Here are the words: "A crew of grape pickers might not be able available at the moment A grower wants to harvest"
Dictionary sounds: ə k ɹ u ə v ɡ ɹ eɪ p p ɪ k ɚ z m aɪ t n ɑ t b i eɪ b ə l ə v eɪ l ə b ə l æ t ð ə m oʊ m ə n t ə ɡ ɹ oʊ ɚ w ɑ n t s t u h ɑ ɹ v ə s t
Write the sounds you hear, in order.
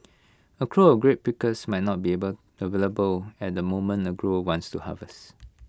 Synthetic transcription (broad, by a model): ə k ɹ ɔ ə f ɡ ɹ eɪ p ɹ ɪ k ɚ s m aɪ t n ɑ t b i eɪ b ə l ə v eɪ l ə b ə l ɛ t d ə m oʊ m ə n ə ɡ ɹ oʊ w ɑ n t s t u h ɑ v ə s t